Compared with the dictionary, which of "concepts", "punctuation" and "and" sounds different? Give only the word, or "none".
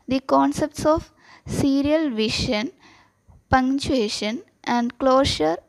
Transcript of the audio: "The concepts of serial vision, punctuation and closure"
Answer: punctuation